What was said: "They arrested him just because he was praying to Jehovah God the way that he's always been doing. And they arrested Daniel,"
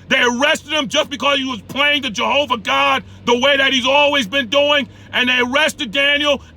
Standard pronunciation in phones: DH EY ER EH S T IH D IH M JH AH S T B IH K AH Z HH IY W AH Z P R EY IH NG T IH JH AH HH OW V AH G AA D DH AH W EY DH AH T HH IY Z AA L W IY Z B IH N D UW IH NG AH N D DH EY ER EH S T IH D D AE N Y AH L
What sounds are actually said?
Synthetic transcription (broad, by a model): DH EY ER EH S T IH D IH M JH AH S B IH K AH Z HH IY W AH Z P L EY IH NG T IH JH AH HH OW V AH G AA D DH AH W EY DH AH T HH IY Z AA L W IY Z B IH N D UW IH NG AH N DH EY ER EH S T IH D D AE N Y L